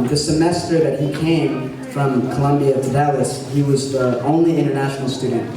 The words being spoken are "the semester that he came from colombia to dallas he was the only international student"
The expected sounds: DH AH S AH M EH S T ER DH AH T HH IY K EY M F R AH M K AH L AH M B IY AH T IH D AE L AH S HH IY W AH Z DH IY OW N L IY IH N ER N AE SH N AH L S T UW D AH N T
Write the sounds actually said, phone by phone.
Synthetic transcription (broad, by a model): DH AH S AH M EH S T ER DH AH T HH IY K EY M F R AH M K AH L AH M B IY AH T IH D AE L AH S HH IY W AH Z DH IY OW N L IY IH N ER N AE SH N L S T UW D N T